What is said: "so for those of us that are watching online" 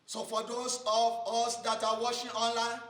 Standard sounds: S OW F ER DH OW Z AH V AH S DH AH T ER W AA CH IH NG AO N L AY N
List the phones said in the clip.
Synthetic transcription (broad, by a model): S OW F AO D OW S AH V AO S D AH T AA W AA SH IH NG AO N L AY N